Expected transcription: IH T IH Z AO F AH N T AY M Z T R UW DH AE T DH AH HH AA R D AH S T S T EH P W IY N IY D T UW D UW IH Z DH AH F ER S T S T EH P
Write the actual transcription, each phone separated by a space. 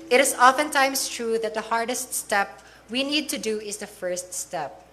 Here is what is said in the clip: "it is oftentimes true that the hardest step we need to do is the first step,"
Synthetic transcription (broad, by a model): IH T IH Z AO F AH N T AY M S T R UW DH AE T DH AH HH AA R D AH S T S T EH P W IY N IY D T UW D UW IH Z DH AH F ER S T S T EH P